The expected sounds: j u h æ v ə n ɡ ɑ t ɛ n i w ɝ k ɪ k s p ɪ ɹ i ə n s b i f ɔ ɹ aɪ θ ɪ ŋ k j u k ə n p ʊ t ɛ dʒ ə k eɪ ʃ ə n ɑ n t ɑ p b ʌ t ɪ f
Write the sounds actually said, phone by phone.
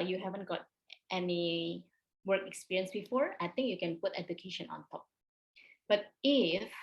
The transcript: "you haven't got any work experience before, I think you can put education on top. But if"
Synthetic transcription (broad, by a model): j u h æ v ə n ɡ ɑ t ɛ n i w ɝ k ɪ k s p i ɹ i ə n s b i f ɔ ɹ aɪ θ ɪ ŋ k j u k ə n p ʊ t ɛ dʒ ə k eɪ ʃ ə n ɑ n t ɑ p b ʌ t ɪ f